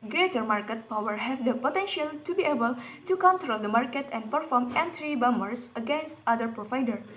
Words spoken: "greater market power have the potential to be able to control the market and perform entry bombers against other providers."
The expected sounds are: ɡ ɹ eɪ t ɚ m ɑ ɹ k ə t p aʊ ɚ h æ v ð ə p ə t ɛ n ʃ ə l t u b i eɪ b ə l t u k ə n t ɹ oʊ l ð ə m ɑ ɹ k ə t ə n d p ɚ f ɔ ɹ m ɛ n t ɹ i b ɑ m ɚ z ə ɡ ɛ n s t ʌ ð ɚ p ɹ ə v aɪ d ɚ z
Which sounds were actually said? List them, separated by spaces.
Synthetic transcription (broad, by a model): ɡ ɹ eɪ t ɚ m ɑ ɹ k ə t p aʊ ɚ h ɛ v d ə p ə t ɛ n ʃ ə l t u b i eɪ b ə l t u k ə n t ɹ oʊ l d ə m ɑ ɹ k ə t ə n d p ɚ f ɔ ɹ m ɛ n t ɹ i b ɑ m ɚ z ə ɡ ɛ n s t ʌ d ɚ p ɹ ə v aɪ d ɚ